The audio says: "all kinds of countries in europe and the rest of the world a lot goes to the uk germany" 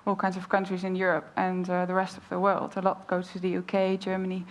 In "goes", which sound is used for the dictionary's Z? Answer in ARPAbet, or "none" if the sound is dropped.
none